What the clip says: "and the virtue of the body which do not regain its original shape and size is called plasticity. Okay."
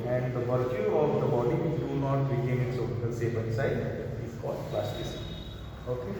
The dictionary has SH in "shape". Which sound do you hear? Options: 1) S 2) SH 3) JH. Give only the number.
1